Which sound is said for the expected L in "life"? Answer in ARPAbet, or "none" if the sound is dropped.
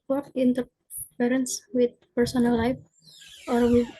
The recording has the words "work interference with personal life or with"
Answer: L